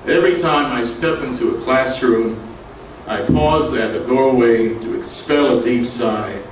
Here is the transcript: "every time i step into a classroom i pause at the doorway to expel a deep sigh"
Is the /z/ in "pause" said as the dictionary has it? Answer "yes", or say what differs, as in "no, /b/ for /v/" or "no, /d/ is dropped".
yes